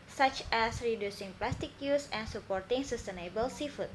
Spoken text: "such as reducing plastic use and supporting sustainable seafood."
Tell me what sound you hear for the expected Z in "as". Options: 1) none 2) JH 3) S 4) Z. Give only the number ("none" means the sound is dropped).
3